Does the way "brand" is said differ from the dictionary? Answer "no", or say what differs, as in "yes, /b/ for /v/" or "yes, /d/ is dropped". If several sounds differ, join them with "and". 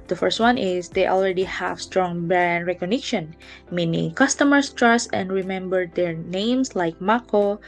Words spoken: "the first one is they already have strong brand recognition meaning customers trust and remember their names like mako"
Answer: yes, /ɹ/ is dropped